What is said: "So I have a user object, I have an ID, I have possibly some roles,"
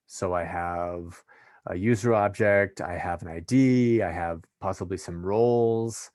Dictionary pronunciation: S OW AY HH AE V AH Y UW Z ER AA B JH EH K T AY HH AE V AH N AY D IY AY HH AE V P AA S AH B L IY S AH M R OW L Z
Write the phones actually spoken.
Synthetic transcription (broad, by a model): S OW AY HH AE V AH Y UW Z ER AA B JH EH K T AY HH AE V AH N AY D IY AY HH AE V P AA S AH B L IY S AH M R OW L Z